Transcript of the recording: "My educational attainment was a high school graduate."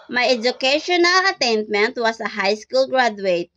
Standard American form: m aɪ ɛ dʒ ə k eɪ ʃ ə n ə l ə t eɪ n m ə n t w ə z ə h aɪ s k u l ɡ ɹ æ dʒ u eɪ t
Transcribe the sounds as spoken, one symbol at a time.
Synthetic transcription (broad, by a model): m aɪ ɛ dʒ ə k eɪ ʃ ə n ə l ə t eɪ n m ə n t w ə s ə h aɪ s k u l ɡ ɹ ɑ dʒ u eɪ t